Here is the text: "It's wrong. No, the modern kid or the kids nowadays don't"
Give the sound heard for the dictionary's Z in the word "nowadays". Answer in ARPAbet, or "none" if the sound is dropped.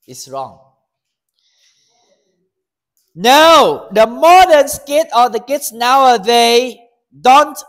none